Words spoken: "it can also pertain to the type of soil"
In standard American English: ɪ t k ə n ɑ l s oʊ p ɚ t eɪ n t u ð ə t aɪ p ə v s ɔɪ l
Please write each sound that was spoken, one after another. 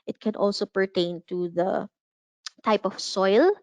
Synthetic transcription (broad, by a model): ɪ t k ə n ɑ l s oʊ p ɚ t eɪ n t u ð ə t aɪ p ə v s ɔɪ l